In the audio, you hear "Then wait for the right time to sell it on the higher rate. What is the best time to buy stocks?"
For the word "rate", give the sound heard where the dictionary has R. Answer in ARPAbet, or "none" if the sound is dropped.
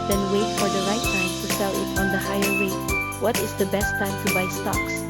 W